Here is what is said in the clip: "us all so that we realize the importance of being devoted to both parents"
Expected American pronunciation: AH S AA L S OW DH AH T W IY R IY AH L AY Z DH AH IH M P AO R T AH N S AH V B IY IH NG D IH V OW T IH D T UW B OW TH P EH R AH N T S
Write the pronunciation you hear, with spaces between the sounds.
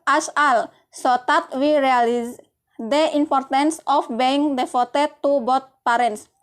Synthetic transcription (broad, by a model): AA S AA L S OW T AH T W IY R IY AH L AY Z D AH IH M P AO R T AH N S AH F B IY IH NG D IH F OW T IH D T UW B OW T P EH R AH N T S